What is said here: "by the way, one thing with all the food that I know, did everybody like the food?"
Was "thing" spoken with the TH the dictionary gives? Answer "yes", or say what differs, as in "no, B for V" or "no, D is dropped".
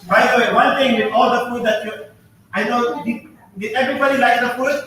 no, T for TH